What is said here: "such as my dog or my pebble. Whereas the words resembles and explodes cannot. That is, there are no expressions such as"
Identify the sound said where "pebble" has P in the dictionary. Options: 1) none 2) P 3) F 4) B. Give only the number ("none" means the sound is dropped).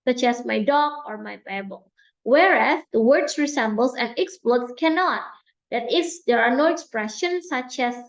4